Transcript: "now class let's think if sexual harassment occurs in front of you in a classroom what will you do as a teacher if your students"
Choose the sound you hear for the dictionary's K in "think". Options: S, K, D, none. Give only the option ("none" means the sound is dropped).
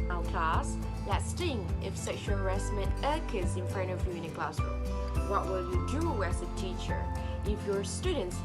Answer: none